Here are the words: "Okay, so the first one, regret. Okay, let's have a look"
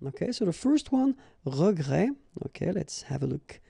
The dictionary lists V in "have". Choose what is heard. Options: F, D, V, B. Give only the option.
V